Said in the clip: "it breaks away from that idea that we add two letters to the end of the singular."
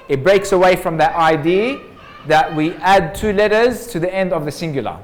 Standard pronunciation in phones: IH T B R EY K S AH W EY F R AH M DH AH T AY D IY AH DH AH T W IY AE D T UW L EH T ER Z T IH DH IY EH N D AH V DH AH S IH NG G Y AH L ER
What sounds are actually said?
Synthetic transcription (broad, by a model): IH T B R EY K S AH W EY F R AH M DH AH T AY D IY DH AH T W IY AE D T UW L EH T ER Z T IH DH IY EH N D AH V DH AH S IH NG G Y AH L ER